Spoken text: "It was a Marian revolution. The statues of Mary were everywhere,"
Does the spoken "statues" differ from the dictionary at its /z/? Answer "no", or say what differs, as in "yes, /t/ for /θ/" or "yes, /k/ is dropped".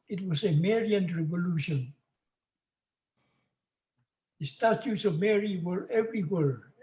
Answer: yes, /s/ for /z/